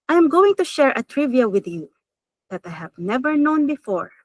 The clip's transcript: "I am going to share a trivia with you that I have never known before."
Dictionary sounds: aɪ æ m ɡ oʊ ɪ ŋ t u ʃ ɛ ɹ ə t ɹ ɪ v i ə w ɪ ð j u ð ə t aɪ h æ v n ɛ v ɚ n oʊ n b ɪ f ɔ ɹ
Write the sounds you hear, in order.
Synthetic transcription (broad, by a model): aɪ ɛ m ɡ oʊ ɪ ŋ t u ʃ ɛ ɹ ə t ɹ ɪ v i ə w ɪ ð j u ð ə t aɪ h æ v n ɛ v ɚ n oʊ n b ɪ f ɔ ɹ